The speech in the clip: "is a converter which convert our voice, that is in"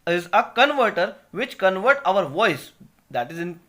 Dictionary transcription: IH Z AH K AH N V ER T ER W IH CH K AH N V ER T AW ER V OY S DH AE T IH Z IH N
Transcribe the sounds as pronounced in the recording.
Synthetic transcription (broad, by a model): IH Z AH K AH N V ER T ER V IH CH K AH N V ER T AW ER V OY S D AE T IH Z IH N